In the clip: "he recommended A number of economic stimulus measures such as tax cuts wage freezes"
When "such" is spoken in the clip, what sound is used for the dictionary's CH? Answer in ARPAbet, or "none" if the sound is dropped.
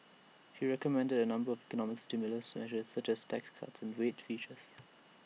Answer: CH